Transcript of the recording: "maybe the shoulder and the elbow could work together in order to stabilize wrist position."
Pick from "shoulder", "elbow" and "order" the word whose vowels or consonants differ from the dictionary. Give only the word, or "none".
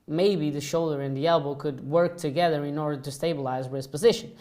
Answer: none